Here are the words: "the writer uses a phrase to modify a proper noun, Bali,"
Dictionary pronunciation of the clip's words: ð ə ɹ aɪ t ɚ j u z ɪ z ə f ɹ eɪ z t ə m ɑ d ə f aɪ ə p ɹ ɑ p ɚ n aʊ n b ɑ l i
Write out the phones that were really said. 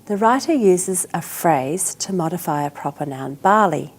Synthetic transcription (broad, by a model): ð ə ɹ aɪ t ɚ j u z ɪ z ə f ɹ eɪ z t ə m ɑ d ə f aɪ ə p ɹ ɑ p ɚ n aʊ n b ɑ l i